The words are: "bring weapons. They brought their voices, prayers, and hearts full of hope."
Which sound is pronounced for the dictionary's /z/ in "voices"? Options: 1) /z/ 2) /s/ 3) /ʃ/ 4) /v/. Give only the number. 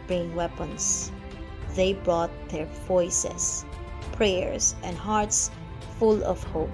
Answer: 2